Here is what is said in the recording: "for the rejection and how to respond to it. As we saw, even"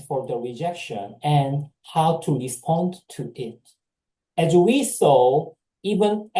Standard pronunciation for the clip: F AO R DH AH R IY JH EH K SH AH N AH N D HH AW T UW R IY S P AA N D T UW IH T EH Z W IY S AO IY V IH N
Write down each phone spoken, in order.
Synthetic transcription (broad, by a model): F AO R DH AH R IY JH EH K SH AH N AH N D HH AW T UW R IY S P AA N T UW IH T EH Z W IY S AO IY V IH N